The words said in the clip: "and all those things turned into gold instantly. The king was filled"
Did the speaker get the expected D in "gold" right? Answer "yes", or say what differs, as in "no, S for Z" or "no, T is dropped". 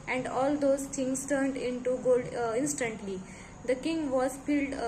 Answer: yes